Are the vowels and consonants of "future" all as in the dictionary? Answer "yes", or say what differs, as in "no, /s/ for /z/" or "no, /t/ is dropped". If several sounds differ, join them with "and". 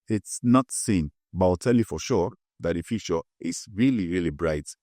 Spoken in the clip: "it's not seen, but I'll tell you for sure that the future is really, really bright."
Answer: no, /ʃ/ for /tʃ/